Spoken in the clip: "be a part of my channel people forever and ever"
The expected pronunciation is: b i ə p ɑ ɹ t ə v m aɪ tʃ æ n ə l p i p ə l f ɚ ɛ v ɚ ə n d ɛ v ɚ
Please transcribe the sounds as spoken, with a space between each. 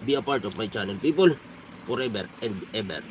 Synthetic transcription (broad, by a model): b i ə p ɑ ɹ t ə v m aɪ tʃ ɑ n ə n p i p ə l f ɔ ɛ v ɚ ə n d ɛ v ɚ